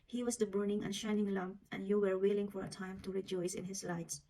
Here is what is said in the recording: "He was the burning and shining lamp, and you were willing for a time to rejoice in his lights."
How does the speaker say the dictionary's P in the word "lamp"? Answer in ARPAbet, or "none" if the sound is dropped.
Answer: none